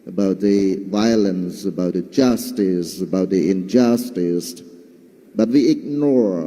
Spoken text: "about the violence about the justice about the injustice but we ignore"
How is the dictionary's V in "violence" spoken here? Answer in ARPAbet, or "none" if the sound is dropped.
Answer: V